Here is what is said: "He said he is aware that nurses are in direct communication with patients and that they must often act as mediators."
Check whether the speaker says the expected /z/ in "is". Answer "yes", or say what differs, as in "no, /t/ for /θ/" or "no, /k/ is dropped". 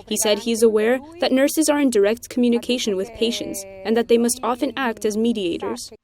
yes